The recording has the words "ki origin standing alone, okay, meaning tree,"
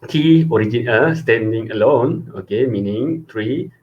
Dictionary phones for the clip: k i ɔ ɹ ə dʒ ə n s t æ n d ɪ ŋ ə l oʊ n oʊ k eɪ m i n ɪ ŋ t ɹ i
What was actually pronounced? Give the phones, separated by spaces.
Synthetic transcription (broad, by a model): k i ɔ ɹ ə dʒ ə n s t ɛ n d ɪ ŋ ə l oʊ n oʊ k eɪ m i n ɪ ŋ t ɹ i